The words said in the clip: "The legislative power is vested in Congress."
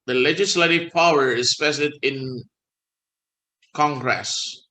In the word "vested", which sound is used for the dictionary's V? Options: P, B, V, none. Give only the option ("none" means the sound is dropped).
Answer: P